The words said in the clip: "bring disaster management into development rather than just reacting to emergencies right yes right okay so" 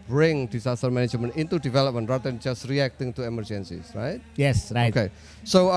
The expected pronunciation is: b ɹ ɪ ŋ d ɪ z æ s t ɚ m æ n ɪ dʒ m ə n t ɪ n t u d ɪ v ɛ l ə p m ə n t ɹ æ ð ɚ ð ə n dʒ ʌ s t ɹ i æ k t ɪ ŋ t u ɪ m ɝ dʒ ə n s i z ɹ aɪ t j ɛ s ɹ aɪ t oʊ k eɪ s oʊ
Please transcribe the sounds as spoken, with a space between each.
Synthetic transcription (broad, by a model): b ɹ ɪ ŋ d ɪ s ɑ s t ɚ m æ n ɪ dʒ m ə n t ɪ n t u d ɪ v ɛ l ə p m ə n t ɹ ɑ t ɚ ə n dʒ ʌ s t ɹ i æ k t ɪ ŋ t u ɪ m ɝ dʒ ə n s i s ɹ aɪ t j ɛ s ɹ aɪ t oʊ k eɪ s oʊ